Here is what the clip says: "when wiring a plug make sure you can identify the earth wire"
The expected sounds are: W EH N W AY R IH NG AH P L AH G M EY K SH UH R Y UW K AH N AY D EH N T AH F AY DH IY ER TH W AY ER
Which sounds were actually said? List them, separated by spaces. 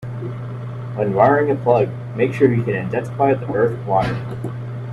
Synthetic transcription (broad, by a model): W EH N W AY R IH NG AH P L AH G M EY K SH UH R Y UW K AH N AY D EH N S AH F AY DH IY ER TH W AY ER